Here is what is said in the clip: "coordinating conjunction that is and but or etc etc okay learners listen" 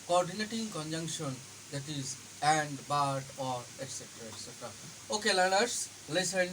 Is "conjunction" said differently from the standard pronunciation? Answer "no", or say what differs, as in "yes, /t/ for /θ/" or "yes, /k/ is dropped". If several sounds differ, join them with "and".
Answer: no